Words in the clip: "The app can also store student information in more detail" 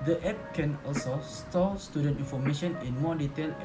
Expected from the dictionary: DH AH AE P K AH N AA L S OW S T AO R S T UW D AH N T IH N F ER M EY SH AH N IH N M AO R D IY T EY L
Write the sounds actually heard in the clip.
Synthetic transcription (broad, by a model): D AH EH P K AH N AA L S OW S T AO L S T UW D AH N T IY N F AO M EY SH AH N IH N M AO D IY T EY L